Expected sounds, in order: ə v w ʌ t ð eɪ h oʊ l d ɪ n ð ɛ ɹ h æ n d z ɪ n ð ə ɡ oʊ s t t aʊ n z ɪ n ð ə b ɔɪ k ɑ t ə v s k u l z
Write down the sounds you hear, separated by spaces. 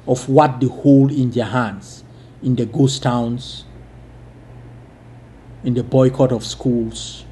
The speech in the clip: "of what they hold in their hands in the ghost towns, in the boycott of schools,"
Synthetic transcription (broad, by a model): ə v w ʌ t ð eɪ h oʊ l ɪ n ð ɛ h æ n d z ɪ n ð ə ɡ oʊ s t t aʊ n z ɪ n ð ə b ɔɪ k ɑ t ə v s k u l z